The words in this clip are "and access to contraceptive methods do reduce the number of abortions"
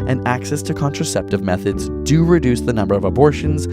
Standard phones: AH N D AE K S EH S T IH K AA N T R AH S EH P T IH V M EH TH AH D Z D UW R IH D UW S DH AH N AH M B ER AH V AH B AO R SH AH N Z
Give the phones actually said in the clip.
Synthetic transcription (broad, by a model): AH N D AE K S EH S T IH K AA N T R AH S EH P T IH V M EH TH AH D Z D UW R IH D UW S DH AH N AH M B ER AH V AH B AO R SH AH N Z